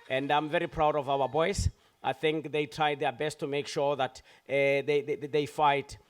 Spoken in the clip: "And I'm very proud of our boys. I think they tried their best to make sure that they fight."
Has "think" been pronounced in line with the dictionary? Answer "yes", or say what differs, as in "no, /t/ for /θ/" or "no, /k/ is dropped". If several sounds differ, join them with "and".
yes